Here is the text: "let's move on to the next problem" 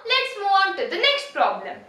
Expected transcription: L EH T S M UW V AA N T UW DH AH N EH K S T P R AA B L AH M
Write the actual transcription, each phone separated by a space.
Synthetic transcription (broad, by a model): L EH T S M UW AA N T UW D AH N EH K S T P R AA B L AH M